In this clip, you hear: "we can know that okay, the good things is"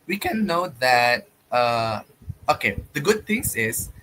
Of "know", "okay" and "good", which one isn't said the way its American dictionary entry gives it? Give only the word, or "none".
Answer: none